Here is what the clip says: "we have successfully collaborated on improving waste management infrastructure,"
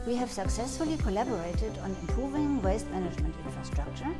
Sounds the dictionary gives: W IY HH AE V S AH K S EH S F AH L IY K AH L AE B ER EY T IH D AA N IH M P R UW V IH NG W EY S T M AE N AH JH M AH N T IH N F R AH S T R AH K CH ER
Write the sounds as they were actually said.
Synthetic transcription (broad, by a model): W IY HH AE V S AH K S EH S F AH L IY K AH L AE B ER EY T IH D AA N IH M P R UW V IH NG W EY S T M AE N AH JH M AH N T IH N F R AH S T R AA K CH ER